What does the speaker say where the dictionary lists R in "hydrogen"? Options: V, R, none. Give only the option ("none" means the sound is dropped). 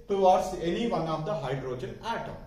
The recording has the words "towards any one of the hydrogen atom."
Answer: R